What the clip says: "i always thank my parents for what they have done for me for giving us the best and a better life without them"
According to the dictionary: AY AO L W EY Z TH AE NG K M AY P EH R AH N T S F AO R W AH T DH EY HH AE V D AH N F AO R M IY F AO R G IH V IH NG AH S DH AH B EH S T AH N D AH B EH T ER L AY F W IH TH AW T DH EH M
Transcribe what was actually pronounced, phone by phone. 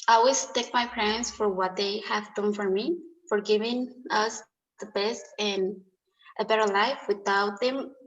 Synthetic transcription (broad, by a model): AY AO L W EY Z T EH K M AY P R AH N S F AO R W AH T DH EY HH AE V D AH N F AO R M IY F AO R G IH V IH NG AH S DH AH B EH S T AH N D AH B EH T ER L AY F W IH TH AW T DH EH M